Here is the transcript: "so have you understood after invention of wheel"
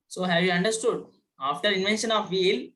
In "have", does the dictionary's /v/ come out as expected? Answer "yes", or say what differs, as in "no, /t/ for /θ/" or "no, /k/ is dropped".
yes